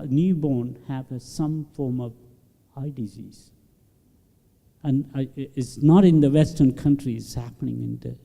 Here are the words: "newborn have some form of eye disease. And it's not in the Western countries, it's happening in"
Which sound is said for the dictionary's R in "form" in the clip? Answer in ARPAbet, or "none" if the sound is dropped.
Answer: R